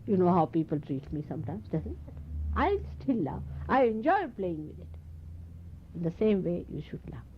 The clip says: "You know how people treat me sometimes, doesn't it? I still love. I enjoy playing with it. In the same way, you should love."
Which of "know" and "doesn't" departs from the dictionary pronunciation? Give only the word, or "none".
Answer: doesn't